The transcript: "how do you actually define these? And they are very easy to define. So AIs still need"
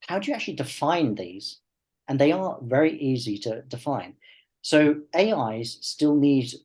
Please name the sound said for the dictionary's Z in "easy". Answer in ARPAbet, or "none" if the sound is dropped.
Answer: Z